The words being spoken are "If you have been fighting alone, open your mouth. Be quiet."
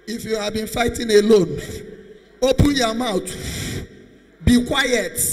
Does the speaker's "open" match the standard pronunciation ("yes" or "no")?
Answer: yes